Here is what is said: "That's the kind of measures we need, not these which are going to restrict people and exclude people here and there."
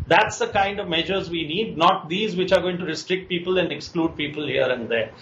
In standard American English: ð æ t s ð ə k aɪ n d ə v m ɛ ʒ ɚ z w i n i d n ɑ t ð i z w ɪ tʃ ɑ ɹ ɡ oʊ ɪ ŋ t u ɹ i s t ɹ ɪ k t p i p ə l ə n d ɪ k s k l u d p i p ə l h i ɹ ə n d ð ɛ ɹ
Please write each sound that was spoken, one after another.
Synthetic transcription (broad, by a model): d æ t s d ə k aɪ n d ə v m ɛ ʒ ɚ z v i n i d n ɑ t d i z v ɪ tʃ ɑ ɹ ɡ oʊ ɪ ŋ t u ɹ i s t ɹ ɪ k t p i p ə l ə n d ɪ k s k l u d p i p ə l h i ɹ ə n d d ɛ ɹ